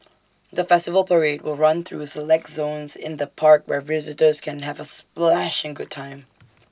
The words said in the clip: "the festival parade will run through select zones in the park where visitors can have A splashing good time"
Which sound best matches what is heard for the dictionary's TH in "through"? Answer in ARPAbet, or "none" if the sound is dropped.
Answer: TH